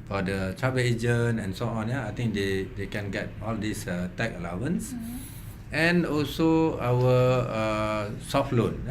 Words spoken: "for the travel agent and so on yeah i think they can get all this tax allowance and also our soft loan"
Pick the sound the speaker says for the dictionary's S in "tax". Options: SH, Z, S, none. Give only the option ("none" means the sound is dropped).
none